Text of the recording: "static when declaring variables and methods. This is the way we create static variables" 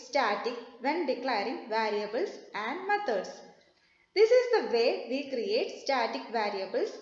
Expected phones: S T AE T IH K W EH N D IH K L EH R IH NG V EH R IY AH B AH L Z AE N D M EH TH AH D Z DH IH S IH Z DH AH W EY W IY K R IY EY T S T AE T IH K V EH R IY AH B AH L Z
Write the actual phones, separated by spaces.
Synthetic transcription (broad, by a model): S T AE T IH K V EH N D IH K L EH R IH NG V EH R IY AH B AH L S AE N D M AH T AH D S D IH S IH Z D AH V EY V IY K R IY EY T S T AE T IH K V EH R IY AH B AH L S